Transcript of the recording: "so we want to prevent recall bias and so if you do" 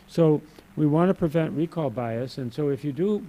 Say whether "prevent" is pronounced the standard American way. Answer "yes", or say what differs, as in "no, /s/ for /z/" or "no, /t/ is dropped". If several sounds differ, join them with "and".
yes